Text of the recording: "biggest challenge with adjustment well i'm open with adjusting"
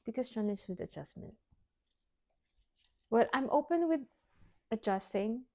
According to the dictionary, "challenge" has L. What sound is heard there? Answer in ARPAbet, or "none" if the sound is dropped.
N